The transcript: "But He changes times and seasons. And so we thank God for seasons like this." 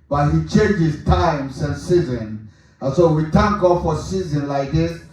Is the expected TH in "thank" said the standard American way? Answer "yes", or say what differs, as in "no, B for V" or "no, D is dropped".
no, T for TH